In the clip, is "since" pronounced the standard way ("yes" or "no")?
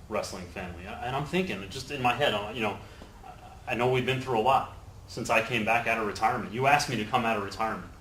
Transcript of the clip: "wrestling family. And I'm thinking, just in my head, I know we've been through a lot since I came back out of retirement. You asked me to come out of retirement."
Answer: yes